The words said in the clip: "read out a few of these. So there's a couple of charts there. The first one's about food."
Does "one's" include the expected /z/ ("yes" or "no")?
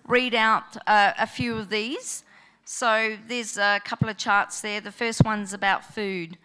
yes